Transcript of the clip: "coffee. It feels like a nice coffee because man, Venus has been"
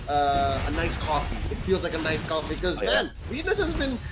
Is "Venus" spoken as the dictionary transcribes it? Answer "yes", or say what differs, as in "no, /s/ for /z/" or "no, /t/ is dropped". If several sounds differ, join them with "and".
no, /w/ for /v/